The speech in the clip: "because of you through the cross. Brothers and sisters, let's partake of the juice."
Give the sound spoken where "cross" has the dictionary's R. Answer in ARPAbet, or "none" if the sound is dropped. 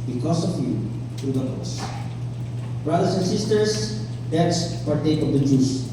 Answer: none